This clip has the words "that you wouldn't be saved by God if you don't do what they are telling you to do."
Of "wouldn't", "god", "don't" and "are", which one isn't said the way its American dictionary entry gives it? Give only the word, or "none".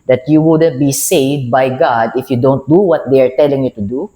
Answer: none